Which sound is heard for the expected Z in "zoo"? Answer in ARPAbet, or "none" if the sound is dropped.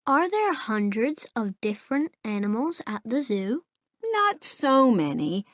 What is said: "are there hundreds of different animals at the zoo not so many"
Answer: Z